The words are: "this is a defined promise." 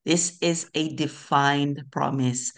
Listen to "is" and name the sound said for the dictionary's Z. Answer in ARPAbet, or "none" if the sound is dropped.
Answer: Z